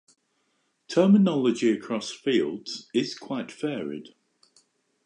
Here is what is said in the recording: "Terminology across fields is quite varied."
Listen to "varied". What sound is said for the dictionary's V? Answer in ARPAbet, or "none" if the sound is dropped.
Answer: F